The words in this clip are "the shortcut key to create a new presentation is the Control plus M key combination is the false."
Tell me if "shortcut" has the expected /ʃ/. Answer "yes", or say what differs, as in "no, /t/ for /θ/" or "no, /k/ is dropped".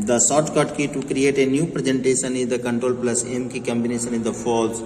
no, /s/ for /ʃ/